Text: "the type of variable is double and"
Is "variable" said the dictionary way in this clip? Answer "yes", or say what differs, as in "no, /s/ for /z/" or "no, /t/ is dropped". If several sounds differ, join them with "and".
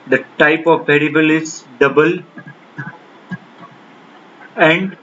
no, /p/ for /v/